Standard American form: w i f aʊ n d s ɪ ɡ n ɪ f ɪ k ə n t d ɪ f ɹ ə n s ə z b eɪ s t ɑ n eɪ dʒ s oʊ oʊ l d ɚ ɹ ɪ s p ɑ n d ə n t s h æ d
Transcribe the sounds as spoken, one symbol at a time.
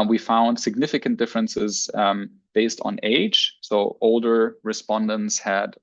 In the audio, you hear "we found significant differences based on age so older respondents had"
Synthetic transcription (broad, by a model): w i f aʊ n d s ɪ ɡ n ɪ f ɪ k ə n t d ɪ f ɹ ə n s ə z b eɪ s t n eɪ dʒ s oʊ oʊ l d ɚ ɹ ɪ s p ɑ n d ə n t s h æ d